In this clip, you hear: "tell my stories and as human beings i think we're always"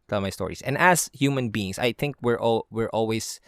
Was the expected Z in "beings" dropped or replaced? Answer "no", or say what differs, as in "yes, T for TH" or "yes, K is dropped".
yes, S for Z